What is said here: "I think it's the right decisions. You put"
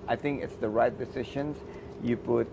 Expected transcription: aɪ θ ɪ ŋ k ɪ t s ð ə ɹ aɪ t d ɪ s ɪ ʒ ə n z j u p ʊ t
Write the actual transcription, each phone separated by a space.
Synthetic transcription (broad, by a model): aɪ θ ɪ ŋ k ɪ t s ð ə ɹ aɪ t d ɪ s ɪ ʃ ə n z j u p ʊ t